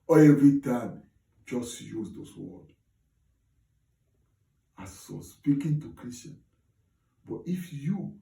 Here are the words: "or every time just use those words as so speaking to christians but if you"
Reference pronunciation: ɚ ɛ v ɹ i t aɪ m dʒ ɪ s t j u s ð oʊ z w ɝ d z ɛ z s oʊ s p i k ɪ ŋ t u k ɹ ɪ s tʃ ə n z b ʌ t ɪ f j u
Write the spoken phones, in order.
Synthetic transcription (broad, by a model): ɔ ɛ v ɹ i t aɪ m dʒ ɪ s t j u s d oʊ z w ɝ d ɑ s oʊ s p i k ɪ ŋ t u k ɹ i s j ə n b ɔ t ɪ f j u